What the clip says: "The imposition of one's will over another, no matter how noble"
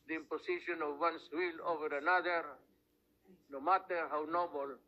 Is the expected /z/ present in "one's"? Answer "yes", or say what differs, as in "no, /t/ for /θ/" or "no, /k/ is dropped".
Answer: no, /s/ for /z/